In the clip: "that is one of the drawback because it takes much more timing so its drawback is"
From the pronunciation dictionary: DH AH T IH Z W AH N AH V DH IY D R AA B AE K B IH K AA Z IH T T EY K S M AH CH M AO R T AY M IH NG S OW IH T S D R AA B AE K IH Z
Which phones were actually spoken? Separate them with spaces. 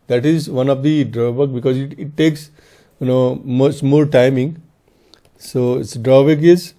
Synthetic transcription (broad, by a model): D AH T IH Z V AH N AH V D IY D R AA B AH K B IH K AA Z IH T T EY K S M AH S M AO L T AY M IH NG S OW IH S D R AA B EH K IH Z